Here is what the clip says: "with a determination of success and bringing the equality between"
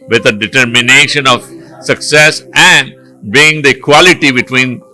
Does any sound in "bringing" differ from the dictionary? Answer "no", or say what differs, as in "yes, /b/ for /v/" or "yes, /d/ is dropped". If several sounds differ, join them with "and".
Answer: yes, /ɹ/ is dropped and /ŋ/ is dropped